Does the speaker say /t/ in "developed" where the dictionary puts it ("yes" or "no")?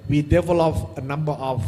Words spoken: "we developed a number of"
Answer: no